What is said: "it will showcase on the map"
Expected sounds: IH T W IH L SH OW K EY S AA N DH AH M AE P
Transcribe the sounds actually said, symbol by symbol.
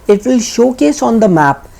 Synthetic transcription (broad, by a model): IH T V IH L SH OW K EY S AA N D AH M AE P